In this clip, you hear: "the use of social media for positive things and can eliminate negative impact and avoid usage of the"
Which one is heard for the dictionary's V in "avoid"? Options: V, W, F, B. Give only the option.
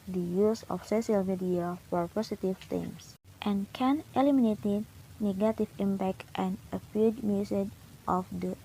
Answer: F